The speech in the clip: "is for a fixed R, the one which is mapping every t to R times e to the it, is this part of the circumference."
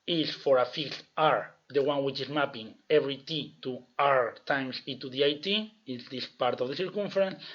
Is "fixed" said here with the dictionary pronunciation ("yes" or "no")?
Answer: no